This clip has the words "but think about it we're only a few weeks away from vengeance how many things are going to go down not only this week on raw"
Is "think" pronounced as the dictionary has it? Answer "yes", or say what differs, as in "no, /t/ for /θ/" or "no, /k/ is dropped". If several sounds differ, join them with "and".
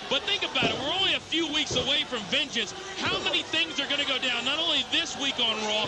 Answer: yes